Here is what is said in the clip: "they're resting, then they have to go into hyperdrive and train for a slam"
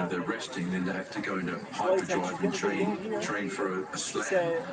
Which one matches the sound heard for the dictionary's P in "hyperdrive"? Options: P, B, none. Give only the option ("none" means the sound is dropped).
none